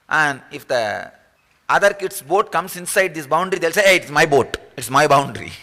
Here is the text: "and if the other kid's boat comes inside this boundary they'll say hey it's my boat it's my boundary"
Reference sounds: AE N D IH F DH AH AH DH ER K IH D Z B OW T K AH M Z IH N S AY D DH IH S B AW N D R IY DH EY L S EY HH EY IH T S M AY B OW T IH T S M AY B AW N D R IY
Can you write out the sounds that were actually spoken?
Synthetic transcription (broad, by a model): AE N D IH F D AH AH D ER K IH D S B OW T K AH M S IH N S AY D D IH S B AW N D R IY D EY L S EY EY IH T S M AY B OW T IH T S M AY B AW N D R IY